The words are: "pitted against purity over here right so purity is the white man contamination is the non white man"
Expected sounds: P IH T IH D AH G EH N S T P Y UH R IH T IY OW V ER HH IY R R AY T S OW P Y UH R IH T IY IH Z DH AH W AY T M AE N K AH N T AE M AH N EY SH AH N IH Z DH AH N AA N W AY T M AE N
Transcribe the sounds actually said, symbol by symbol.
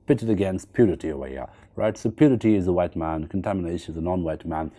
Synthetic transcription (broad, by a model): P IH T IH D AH G EH N S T P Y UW R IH T IY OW ER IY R R AY T S OW P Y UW R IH T IY IH Z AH W AY T M AE N K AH N T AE M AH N EY SH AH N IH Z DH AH N AA N W AY T M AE N